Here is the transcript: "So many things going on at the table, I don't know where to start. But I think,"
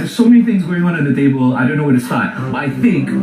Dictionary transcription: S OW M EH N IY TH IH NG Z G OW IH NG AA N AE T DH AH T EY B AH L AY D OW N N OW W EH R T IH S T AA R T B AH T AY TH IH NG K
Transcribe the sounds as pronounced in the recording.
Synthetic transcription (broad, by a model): S OW M EH N IY TH IH NG Z G OW IH NG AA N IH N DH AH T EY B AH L AY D OW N N OW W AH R T IH S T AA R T B AH T AY TH IH NG K